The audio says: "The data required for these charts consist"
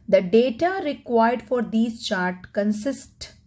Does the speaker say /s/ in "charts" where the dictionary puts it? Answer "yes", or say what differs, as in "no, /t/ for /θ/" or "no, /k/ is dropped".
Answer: no, /s/ is dropped